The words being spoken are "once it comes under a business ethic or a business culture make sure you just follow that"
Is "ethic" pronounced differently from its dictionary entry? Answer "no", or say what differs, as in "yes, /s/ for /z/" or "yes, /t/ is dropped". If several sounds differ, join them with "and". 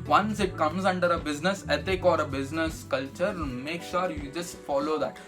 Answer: yes, /t/ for /θ/